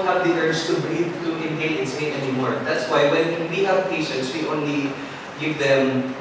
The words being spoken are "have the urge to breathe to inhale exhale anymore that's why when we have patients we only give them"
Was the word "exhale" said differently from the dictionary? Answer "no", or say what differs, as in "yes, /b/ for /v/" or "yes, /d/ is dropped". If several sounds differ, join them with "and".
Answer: yes, /k/ is dropped